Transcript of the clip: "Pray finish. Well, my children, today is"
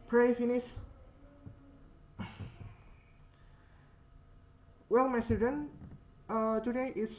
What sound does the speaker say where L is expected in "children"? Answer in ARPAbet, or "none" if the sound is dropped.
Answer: none